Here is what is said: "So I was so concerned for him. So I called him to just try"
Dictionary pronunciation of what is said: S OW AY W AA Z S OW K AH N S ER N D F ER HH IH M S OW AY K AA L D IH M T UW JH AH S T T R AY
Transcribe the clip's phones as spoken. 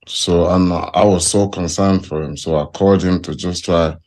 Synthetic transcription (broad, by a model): S OW AY W AA Z S OW K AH N S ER N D F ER HH IH M S OW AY K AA D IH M T UW JH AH S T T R AY